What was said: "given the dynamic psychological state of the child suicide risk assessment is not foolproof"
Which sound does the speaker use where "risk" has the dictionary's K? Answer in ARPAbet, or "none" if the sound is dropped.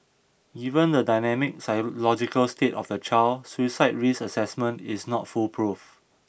none